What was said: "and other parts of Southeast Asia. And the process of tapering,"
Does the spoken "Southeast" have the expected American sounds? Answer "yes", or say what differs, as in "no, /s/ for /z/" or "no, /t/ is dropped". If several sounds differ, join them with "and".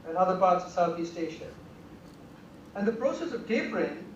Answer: yes